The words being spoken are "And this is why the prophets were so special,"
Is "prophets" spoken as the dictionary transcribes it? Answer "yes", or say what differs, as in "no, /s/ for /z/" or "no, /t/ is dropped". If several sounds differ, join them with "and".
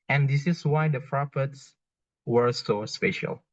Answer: no, /f/ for /p/